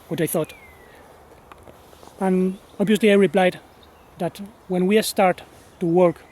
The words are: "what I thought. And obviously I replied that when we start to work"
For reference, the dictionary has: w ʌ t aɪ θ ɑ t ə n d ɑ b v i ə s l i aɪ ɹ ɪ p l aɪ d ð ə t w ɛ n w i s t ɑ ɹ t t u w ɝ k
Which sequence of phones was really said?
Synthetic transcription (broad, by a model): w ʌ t aɪ θ ɑ t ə n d ɑ b v i ə s l i aɪ ɹ ɪ p l aɪ d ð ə t w ɛ n w i s t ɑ ɹ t t u w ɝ k